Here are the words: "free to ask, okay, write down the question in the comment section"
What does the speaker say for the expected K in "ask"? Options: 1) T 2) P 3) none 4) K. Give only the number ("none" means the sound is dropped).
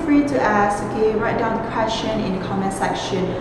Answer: 3